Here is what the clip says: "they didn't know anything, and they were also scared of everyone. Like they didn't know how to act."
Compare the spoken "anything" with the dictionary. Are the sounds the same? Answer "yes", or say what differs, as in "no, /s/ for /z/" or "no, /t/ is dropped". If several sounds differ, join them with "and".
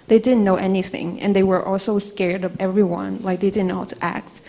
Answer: yes